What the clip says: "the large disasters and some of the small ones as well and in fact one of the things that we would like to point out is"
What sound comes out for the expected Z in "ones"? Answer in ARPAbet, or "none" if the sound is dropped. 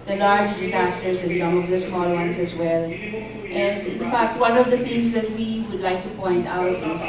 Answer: S